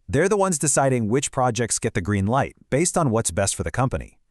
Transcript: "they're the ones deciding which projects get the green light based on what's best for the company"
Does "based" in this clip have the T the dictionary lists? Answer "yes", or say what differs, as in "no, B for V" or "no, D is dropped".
yes